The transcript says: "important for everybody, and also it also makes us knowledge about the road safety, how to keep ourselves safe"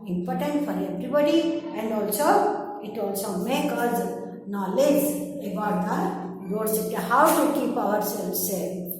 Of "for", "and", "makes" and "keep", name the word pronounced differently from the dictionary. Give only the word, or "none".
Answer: makes